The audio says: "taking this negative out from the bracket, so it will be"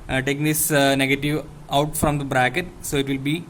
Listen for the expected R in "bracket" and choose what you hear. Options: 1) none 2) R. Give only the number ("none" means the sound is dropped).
2